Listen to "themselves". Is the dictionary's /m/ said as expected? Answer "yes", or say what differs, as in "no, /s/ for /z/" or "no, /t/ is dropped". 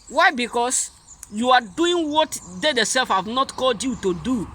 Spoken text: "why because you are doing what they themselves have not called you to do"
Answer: no, /m/ is dropped